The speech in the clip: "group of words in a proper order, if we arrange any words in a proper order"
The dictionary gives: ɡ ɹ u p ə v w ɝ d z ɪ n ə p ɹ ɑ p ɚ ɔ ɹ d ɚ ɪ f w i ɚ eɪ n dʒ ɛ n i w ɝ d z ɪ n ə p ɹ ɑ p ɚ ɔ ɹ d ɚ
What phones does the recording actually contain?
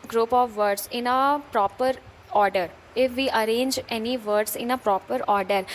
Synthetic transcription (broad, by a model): ɡ ɹ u p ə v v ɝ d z ɪ n ə p ɹ ɑ p ɚ ɔ ɹ d ɚ ɪ f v i ɚ eɪ n dʒ ɛ n i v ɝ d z ɪ n ə p ɹ ɑ p ɚ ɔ ɹ d ɚ